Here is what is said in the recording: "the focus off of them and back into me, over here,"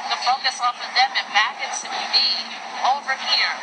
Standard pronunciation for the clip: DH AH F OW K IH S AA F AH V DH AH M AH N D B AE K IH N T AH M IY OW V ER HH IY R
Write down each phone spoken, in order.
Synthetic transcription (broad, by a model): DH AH F OW K IH S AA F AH DH AH M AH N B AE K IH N S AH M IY OW V ER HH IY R